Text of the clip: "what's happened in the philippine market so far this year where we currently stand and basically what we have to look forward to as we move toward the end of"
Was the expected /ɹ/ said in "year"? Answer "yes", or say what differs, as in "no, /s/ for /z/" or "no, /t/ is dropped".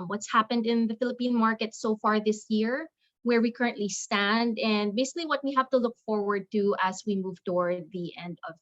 yes